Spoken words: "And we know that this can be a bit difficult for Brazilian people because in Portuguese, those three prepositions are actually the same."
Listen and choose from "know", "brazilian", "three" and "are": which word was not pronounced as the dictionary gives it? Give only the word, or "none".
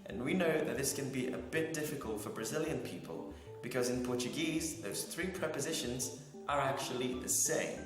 none